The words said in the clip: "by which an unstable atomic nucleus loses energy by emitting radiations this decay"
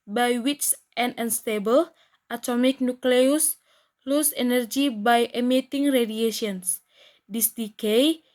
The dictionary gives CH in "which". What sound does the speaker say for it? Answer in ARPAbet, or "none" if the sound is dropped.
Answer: S